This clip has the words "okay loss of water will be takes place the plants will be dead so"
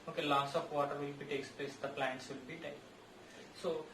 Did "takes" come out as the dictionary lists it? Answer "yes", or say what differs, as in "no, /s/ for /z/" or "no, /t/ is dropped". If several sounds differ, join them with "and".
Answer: yes